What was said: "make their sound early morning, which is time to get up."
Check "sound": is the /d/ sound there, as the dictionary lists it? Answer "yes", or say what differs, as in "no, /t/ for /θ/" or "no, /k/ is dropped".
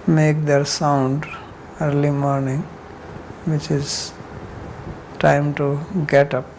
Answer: yes